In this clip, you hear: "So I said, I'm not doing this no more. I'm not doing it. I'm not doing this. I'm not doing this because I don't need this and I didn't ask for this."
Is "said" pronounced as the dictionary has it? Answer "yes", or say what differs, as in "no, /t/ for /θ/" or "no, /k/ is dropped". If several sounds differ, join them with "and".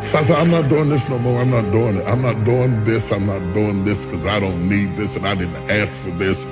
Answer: no, /d/ is dropped